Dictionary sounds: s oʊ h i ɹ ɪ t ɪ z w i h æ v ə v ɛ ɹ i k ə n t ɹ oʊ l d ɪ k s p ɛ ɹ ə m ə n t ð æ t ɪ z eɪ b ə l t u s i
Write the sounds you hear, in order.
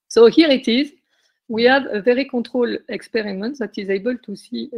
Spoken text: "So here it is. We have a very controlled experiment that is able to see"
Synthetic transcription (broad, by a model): s oʊ h i ɹ ɪ t ɪ z w i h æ v ə v ɛ ɹ i k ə t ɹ oʊ l ɪ k s p ɛ ɹ ə m ə n t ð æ t ɪ z eɪ b ə l t u s i